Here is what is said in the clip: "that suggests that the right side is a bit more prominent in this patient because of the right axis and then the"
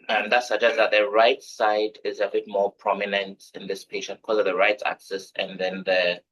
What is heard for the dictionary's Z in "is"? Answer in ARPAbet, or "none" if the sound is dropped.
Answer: Z